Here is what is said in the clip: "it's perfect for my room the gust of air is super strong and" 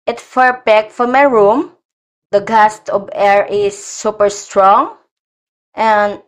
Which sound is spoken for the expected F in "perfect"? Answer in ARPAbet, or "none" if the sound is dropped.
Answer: P